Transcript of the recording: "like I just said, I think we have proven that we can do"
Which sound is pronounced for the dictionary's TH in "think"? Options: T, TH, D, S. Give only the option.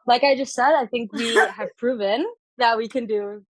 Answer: TH